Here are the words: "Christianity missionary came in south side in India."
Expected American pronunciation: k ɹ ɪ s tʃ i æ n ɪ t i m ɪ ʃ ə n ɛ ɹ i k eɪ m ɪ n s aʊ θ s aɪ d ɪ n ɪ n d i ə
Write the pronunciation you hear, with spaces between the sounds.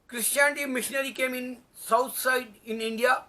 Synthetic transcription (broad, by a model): k ɹ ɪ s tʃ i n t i m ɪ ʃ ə n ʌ ɹ i k eɪ m ɪ n s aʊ t s aɪ d ɪ n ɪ n d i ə